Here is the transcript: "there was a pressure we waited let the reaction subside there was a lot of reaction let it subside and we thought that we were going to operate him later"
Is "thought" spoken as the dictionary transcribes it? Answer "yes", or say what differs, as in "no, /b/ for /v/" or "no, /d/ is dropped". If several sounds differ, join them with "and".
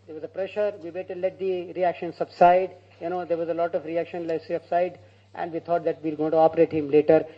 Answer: no, /t/ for /θ/